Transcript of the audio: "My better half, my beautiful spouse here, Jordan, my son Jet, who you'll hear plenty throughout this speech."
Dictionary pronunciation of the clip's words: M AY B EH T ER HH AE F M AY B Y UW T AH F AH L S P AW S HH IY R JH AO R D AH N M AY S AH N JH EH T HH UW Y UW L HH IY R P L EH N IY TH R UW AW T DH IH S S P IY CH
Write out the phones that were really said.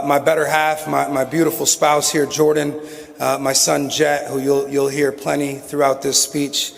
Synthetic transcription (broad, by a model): M AY B EH T ER HH AE F M AY B Y UW T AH F L S P AW S HH IY R JH AO R D N M AY S AH N JH EH T HH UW Y UW L HH IY R P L EH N IY TH R UW AW T DH IH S S P IY CH